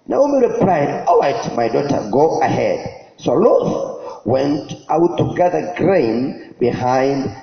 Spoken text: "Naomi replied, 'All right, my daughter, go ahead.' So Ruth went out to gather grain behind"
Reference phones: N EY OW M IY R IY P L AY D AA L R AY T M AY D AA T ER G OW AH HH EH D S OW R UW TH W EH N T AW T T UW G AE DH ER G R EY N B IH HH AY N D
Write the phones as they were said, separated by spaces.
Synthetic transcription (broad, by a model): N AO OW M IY R IY P L AY D AA L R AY T M AY D AA T ER G OW AH HH EH D S OW L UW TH W EH N T AW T T UW G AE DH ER G R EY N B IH HH AY N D